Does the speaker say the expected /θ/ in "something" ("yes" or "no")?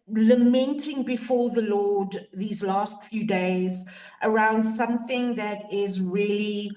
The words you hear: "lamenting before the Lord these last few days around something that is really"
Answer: yes